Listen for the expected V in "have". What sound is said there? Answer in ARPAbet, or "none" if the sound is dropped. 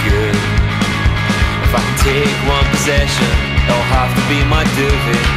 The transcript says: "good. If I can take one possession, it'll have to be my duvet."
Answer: F